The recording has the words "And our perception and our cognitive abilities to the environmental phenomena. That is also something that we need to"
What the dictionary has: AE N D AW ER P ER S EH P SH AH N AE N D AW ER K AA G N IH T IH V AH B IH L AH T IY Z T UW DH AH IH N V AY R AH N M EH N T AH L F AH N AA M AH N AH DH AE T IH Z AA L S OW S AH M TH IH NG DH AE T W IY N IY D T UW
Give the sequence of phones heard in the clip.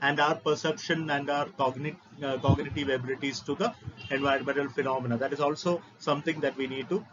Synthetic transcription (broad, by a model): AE N D AW ER P ER S EH P SH AH N AE N D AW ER K AA G N IH T IH V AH B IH L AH T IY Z T UW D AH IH N V AY AH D M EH N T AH L F AH N AA M AH N AH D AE T IH Z AA L S OW S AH M T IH NG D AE T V IY N IY D T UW